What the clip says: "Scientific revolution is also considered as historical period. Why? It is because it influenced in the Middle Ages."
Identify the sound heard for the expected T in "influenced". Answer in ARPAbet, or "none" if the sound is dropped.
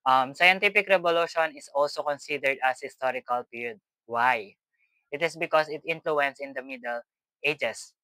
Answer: none